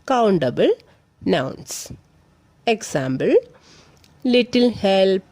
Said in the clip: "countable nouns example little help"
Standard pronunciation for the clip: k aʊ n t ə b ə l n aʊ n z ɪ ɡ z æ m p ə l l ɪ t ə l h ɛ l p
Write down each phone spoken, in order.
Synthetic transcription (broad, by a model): k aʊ n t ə b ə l n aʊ n s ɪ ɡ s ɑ m b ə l l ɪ t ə l h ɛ l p